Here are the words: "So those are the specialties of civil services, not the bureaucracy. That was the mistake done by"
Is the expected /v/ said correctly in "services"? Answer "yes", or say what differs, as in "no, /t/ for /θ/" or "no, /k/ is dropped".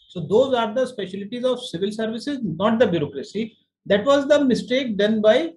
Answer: yes